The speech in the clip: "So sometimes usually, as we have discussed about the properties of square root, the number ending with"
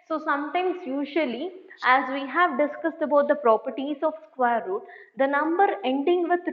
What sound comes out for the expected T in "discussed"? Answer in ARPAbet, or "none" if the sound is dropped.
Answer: T